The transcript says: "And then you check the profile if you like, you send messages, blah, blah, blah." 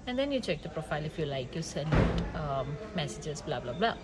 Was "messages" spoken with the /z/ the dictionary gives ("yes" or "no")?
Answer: no